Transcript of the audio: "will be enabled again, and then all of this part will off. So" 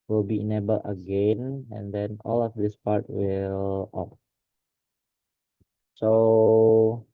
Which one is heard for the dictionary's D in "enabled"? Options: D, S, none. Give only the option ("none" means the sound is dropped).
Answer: none